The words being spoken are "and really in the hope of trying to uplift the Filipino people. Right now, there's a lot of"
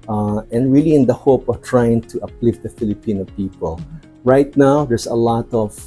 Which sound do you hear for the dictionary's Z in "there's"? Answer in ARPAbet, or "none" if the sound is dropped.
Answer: S